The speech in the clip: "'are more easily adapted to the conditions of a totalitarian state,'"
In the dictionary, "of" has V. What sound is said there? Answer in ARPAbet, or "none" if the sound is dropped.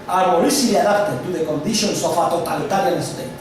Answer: F